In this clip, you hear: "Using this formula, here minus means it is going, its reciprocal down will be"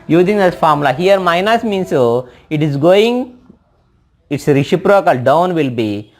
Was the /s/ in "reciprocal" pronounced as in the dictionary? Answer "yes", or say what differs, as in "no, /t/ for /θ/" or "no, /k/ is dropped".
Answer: no, /ʃ/ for /s/